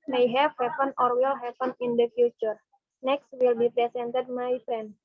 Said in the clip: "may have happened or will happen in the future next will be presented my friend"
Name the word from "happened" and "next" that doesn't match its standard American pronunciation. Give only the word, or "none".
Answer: happened